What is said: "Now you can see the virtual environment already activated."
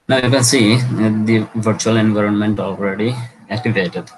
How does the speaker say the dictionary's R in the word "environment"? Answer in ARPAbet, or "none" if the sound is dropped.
R